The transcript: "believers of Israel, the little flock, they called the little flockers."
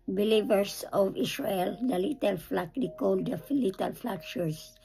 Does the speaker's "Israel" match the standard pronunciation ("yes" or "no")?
no